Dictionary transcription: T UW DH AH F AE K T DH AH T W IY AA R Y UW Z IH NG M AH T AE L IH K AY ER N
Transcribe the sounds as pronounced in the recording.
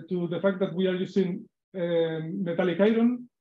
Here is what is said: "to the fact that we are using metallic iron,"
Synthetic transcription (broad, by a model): T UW DH AH F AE K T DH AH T W IY AA R Y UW S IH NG M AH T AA L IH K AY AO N